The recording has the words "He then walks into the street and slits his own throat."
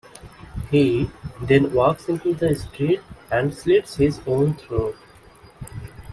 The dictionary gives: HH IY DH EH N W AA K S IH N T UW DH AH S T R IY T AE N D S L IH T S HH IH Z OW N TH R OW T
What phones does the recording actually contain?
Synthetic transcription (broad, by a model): HH IY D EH N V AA K S IH N T UW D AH S T R IY T AE N D S L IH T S HH IH Z OW N T R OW